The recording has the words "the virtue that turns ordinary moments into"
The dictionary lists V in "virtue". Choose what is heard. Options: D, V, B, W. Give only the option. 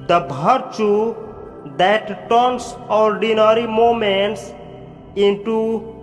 B